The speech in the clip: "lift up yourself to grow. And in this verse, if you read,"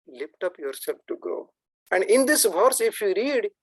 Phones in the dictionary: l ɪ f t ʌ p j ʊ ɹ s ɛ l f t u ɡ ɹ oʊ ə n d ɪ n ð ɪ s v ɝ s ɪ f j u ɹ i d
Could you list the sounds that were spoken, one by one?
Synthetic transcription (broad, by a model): l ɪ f t ʌ p j ʊ ɹ s ɛ l f t u ɡ oʊ ə n d ɪ n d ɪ s v ɝ s ɪ f j u ɹ i d